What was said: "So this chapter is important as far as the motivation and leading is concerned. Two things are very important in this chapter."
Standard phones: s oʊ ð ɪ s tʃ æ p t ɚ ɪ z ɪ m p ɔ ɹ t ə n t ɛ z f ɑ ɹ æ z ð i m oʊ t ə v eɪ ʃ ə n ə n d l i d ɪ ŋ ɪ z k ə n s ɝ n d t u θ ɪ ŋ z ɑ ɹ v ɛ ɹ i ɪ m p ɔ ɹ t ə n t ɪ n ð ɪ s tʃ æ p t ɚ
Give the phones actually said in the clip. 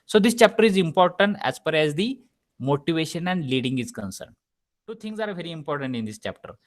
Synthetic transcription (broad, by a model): s oʊ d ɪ s tʃ æ p t ɚ ɪ z ɪ m p ɔ ɹ t ə n t ɛ z f ɑ ɹ æ z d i m oʊ t ə v eɪ ʃ ə n ə n d l i d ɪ ŋ ɪ z k ə n s ɝ n d t u t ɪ ŋ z ɑ ɹ v ɛ ɹ i m p ɔ ɹ t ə n t ɪ n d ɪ s tʃ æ p t ɚ